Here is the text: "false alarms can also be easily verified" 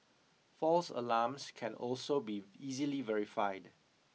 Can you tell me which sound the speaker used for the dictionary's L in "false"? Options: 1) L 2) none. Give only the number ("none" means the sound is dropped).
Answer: 1